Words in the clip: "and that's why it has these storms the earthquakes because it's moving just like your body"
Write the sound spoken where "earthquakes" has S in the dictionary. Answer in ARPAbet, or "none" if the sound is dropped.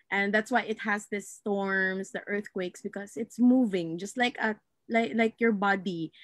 S